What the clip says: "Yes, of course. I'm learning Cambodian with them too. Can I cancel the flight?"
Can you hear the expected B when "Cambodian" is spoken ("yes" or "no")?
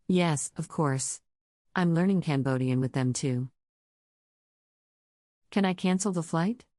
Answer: yes